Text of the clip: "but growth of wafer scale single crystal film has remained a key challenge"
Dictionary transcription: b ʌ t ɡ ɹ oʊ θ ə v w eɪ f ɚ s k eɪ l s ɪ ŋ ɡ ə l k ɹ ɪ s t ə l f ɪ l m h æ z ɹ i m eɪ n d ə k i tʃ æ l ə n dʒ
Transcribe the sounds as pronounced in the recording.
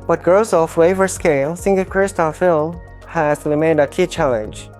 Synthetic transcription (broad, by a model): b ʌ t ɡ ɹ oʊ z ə f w eɪ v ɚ s k eɪ l s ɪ ŋ ɡ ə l k ɹ ɪ s t ə l f ɪ l m h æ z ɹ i m eɪ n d ə k i tʃ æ l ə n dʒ